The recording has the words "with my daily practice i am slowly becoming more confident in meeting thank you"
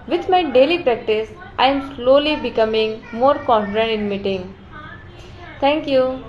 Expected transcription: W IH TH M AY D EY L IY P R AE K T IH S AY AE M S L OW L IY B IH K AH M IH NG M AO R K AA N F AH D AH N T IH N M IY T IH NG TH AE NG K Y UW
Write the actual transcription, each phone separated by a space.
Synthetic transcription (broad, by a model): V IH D M AY D EY L IY P R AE K T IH S AY M S L OW L IY B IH K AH M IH NG M AO R K AA N F AH D AH N T IH N M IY T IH NG T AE NG K Y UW